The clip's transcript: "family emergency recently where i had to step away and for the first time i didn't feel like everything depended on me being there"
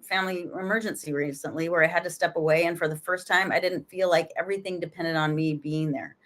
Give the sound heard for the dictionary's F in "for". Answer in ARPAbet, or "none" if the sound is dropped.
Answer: F